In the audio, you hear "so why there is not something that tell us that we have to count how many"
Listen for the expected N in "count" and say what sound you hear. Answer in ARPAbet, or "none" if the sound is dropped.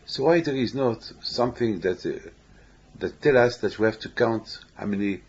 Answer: N